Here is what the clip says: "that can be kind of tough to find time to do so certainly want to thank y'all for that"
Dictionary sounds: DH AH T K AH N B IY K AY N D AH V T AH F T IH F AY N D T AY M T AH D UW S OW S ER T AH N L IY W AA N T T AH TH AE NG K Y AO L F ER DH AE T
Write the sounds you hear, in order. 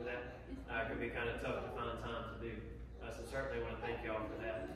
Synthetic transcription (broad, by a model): DH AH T K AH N B IY K AY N D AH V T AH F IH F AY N T AY M T AH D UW S OW S ER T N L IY W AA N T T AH TH AE NG K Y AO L F ER DH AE T